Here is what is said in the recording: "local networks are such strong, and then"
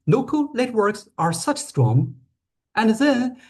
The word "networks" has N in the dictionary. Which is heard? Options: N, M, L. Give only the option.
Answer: L